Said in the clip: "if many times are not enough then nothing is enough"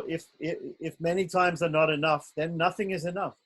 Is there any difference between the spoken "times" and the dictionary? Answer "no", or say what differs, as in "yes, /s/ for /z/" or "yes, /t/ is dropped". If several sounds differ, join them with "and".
no